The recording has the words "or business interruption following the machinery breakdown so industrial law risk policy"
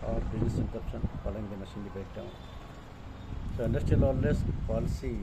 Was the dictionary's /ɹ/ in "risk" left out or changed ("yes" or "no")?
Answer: yes